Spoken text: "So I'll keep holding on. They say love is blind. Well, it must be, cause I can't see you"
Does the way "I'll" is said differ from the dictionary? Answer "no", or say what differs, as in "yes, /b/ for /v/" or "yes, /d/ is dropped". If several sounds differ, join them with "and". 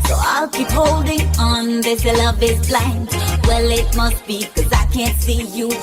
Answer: no